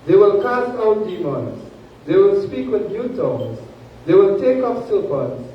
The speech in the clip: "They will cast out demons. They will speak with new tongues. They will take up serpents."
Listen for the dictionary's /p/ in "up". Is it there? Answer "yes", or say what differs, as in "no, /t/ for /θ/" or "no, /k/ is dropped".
no, /f/ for /p/